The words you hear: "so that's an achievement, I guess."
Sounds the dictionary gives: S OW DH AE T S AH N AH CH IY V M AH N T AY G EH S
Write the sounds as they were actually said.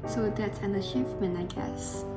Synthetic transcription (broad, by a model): S OW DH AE T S AH N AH SH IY F M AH N AY G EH S